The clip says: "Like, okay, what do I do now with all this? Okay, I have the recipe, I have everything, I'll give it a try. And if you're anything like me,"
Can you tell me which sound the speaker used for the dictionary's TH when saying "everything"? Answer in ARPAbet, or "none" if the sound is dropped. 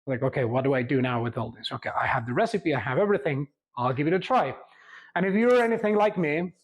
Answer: TH